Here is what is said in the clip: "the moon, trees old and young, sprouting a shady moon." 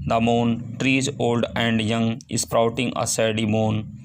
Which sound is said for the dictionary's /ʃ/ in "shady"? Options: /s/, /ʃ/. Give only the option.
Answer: /s/